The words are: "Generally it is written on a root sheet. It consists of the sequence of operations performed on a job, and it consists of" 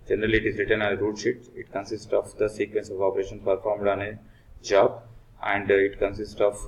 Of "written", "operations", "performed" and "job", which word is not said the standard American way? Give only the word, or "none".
operations